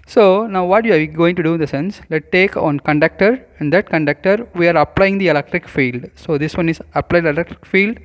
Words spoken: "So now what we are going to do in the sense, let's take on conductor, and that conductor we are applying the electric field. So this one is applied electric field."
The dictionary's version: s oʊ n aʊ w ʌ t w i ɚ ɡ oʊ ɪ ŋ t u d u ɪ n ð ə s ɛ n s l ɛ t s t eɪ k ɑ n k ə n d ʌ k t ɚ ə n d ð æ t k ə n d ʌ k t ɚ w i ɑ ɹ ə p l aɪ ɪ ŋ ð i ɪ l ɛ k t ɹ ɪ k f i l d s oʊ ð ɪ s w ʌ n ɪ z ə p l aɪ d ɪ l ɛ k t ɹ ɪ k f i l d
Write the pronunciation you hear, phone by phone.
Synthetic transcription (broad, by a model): s oʊ n aʊ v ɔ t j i ɡ oʊ ɪ ŋ t u d u ɪ n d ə s ɛ n s l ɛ t t eɪ k ɑ n k ə n d ʌ k t ɚ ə n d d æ t k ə n d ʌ k t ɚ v i ɑ ɹ ə p l aɪ ɪ ŋ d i ɪ l ɛ k t ɹ ɪ k f i l d s oʊ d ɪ s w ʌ n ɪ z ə p l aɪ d ɪ l ɛ k t ɹ ɪ k f i l d